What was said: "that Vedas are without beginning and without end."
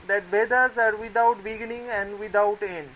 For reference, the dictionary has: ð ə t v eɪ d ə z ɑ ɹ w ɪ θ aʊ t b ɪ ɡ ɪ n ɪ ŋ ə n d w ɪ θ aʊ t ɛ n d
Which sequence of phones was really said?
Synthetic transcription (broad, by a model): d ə t b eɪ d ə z ɑ ɹ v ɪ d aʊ t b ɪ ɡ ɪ n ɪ ŋ ə n d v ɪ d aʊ t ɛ n d